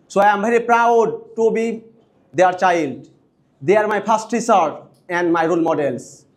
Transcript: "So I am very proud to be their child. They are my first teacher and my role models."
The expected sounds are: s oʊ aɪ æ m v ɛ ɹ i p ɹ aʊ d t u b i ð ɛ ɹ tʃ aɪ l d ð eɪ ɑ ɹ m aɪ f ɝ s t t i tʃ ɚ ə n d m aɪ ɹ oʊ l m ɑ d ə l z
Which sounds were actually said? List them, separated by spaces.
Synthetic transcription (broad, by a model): s oʊ aɪ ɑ m b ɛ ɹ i p ɹ aʊ d t u b i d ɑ ɹ tʃ aɪ l d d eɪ ɑ ɹ m aɪ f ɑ s t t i s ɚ ə n d m aɪ ɹ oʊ l m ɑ d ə l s